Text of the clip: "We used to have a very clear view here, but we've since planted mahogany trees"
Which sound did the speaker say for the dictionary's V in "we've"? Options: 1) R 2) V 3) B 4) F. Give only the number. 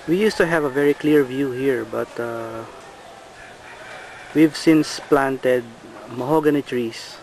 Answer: 2